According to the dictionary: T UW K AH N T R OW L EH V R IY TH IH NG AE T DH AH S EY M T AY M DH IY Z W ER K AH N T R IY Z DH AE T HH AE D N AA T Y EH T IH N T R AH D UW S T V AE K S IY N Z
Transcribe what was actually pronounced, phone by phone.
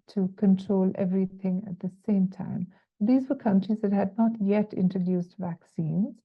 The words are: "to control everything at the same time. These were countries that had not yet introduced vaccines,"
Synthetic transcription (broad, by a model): T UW K AH N T R OW L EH V R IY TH IH NG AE T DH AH S EY M T AY M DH IY Z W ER K AH N T R IY Z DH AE T HH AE D N AA T Y EH T IH N T R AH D UW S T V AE K S IY N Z